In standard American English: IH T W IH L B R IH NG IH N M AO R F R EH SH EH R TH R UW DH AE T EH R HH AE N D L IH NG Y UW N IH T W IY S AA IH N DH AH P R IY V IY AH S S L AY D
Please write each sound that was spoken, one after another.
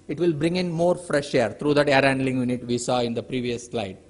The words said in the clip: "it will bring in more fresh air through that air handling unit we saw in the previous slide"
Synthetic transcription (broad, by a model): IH T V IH L B R IH NG IH N M AO R F R EH SH EH R T R UW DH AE T EH R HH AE N D L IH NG Y UW N IH T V IY S AA IH N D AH P R IY V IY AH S S L AY D